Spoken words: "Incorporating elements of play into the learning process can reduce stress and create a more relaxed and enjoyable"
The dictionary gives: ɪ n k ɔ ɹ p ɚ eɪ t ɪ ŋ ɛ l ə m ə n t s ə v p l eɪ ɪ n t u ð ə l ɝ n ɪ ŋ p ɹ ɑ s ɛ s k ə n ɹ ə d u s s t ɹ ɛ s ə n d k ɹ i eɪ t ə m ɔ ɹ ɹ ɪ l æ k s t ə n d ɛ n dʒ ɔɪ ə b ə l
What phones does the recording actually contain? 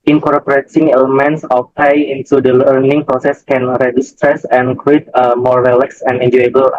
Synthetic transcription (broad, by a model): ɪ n k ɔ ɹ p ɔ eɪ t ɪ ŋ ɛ l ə m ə n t s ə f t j ɪ n t u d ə l ɝ n ɪ ŋ p ɹ ɑ s ɛ s k ə n ɹ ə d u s s t ɹ ɛ s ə n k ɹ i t ə m ɔ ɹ ɹ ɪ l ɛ k s ə n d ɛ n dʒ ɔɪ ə b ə l